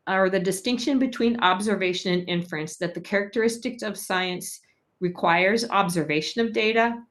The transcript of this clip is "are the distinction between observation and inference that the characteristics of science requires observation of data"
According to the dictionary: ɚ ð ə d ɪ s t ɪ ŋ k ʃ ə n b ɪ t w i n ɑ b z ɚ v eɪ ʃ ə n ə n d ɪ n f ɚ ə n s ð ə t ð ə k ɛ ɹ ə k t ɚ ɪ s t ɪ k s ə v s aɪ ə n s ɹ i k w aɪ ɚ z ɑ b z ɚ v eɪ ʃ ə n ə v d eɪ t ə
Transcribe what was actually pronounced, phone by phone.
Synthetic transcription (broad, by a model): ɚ ð ə d ɪ s t ɪ ŋ k ʃ ə n b ɪ t w i n ɑ b z ɚ v eɪ ʃ ə n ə n ɪ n f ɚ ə n s ð ə t ð ə k ɛ ɹ ə k t ɚ ɪ s t ɪ k s ə v s aɪ ə n s ɹ i k w aɪ ɚ z ɑ b z ɚ v eɪ ʃ ə n ə v d eɪ t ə